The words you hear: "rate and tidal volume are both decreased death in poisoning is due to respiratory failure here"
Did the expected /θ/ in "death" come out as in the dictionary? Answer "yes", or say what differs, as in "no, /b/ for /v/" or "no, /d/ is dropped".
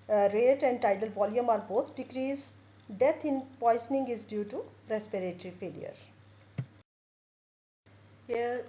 no, /t/ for /θ/